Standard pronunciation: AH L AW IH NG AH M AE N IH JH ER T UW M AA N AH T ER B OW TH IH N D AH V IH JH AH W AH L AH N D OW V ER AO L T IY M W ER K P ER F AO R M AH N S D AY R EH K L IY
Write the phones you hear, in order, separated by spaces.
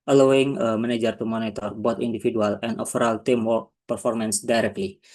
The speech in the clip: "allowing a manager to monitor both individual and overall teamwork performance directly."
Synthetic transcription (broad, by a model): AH L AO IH NG AH M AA N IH JH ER T UW M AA N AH T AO B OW T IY N D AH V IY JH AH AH L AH N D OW F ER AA L T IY M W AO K P ER F AO R M AH N S D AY R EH K L IY